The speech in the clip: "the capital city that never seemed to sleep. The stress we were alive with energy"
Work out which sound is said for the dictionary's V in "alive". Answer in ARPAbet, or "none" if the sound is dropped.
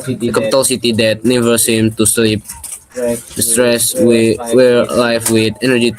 F